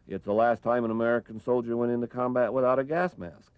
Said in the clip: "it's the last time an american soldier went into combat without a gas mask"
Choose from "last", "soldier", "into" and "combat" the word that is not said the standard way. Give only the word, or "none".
none